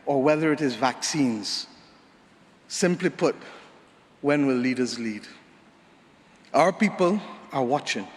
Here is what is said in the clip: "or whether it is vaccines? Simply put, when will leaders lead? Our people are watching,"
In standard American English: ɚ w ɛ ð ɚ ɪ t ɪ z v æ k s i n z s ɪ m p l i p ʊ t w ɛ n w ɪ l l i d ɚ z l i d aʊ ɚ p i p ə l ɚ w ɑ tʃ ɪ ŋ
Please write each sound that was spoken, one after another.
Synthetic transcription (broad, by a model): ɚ w ɛ ð ɚ ɪ t ɪ z v æ k s i n z s ɪ m p l i p ʊ t w ɛ n w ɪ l l i d ɚ z l i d aʊ ɚ p i p ə l ɚ w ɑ tʃ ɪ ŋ